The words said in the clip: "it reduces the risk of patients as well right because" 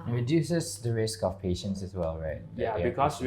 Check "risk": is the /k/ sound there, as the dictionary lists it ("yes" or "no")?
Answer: yes